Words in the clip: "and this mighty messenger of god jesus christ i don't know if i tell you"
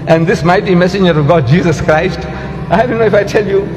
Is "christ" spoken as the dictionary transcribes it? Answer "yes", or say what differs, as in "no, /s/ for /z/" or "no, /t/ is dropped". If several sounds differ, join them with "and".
yes